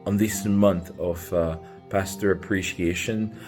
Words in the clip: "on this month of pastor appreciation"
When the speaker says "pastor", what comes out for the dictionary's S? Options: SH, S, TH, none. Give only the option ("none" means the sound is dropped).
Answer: S